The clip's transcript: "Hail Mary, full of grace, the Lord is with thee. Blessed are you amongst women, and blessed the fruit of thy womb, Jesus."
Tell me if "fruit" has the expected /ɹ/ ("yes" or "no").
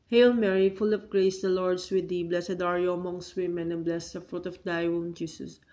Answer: yes